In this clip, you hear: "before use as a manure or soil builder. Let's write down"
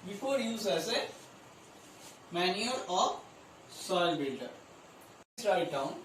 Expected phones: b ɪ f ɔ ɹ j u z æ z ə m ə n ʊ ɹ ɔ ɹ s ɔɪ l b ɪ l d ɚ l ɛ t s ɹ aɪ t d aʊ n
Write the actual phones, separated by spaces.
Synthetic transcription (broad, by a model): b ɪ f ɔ ɹ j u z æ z ə m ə n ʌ l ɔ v s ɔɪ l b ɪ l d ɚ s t ɹ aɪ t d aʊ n